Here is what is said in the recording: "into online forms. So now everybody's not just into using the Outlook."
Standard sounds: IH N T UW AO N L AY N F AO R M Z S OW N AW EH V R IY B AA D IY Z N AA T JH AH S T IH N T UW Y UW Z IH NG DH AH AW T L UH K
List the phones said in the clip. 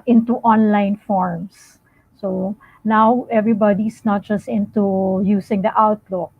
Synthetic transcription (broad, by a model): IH N T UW AO N L AY N F AO R M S S OW N AW EH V R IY B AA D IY S N AA T JH AH S T IH N T UW Y UW S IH NG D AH AW T L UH K